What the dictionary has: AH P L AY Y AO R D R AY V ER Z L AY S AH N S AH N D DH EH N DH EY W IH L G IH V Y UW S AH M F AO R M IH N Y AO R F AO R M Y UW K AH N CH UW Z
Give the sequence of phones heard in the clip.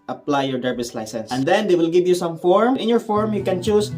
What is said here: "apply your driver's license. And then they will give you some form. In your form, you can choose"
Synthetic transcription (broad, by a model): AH P L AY Y AO R D R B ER S L AY S AH N S AH N D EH N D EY W IH L G IH V Y UW S AH M F AO R M IH N Y AO R F AO R M Y UW K AH N CH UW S